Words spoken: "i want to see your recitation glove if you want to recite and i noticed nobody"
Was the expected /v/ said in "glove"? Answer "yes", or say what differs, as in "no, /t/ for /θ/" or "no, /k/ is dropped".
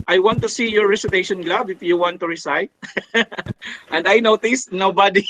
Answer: no, /b/ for /v/